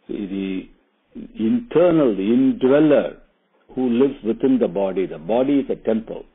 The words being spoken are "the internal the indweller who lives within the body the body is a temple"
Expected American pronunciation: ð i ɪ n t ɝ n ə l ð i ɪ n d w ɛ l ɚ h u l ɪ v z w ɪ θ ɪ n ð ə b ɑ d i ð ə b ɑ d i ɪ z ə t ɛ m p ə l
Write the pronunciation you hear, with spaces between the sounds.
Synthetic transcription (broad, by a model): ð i ɪ n t ɝ n ə l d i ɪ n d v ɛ l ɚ h u l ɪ v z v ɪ t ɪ n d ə b ɑ d i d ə b ɑ d i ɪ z ə t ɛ m p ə l